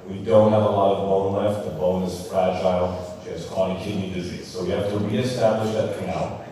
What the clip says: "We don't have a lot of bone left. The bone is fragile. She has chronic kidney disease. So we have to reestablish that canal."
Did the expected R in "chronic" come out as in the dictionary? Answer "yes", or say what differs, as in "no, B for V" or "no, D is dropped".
no, R is dropped